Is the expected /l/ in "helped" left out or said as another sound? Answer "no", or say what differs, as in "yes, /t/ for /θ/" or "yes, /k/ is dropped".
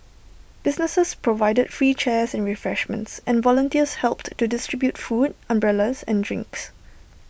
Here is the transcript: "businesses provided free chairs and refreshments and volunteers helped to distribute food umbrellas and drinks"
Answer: no